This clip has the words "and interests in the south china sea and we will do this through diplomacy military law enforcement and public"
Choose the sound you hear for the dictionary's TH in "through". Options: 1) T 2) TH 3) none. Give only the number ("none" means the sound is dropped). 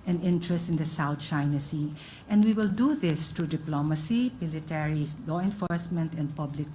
1